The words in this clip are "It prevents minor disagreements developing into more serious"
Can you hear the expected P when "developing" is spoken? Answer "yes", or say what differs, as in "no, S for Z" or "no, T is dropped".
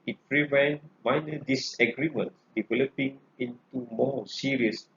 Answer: yes